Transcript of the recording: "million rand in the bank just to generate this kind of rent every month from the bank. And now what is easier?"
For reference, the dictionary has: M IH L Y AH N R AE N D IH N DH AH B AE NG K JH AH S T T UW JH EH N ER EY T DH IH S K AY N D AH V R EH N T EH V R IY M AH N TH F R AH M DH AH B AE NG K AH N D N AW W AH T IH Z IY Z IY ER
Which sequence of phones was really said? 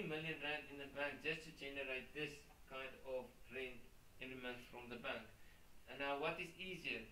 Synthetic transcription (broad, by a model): M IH L Y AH N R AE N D IH N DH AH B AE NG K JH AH S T T UW JH EH N ER EY T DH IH S K AY N D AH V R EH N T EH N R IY M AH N T F R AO M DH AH B AE NG K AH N N AW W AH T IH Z IY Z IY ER